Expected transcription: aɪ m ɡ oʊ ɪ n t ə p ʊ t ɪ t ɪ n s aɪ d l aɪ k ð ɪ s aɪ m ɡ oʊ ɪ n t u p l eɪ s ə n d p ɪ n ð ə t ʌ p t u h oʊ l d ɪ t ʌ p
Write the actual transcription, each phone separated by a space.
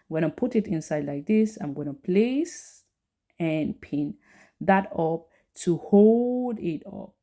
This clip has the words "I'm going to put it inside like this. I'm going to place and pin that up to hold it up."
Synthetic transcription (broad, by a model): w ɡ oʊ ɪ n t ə p ʊ t ɪ t ɪ n s aɪ d l aɪ k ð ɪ s aɪ m ɡ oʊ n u p l eɪ s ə n p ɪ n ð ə t ʌ p t u h oʊ l d ɪ t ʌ p